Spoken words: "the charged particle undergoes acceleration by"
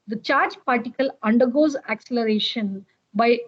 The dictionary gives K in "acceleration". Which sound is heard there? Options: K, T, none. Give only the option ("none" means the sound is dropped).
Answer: K